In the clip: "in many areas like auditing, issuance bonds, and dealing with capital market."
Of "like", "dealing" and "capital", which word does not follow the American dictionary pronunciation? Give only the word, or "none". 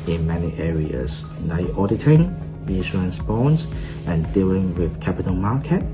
like